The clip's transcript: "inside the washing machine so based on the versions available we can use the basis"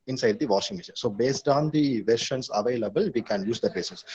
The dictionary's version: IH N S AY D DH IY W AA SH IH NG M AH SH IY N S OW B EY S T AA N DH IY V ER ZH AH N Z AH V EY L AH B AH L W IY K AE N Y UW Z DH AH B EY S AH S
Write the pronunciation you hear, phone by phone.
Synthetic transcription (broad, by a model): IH N S AY D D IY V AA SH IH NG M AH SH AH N S OW B EY S T AA N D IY V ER SH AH N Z AH V EY L AH B AH L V IY K AE N Y UW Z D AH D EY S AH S